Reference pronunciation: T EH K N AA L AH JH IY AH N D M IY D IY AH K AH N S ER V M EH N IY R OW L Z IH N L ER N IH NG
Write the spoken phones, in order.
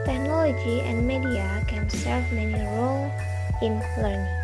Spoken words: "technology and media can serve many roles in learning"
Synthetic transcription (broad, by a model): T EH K N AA L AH JH IY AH N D M IY D IY AH K AH N S ER V M EH N IY R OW L IH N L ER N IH